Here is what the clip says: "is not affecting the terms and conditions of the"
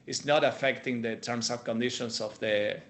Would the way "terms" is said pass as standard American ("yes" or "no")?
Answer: no